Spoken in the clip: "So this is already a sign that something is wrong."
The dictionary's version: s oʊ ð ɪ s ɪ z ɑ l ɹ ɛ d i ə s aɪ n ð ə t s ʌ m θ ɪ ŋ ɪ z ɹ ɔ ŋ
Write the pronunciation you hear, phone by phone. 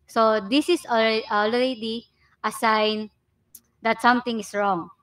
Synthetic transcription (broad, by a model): s oʊ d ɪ s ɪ s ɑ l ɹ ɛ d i ə s aɪ n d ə t s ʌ m t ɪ ŋ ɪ s ɹ ɔ ŋ